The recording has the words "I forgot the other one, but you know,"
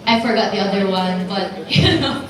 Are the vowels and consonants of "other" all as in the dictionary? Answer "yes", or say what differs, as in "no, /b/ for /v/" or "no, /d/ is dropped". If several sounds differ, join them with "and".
yes